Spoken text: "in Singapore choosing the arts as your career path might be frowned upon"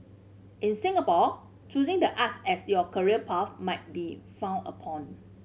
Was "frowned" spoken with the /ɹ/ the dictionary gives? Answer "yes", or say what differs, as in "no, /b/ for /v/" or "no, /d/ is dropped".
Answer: no, /ɹ/ is dropped